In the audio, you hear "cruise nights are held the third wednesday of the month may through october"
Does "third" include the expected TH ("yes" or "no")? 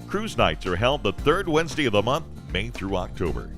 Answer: yes